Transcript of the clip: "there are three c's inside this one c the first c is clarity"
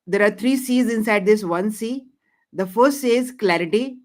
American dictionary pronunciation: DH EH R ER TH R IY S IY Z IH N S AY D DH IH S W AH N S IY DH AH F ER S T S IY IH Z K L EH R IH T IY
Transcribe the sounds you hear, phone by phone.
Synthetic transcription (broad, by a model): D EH R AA T R IY S IY Z IH N S AY D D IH S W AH N S IY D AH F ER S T S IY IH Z K L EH R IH T IY